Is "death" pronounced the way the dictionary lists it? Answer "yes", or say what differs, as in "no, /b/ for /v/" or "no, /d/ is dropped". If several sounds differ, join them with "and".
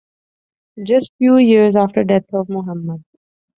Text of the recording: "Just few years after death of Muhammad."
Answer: no, /t/ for /θ/